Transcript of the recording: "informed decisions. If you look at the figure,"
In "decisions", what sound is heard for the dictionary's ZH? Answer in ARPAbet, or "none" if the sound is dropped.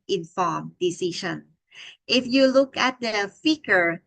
SH